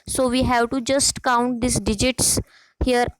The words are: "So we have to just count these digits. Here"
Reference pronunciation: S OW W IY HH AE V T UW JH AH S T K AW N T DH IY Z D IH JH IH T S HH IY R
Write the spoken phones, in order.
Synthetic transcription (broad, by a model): S OW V IY HH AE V T UW JH AH S T K AW N T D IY S D IH JH IH T S HH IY R